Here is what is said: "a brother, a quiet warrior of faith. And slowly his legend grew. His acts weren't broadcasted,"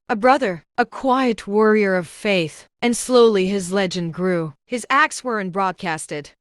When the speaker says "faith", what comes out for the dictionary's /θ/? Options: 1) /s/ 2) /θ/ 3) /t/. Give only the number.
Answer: 2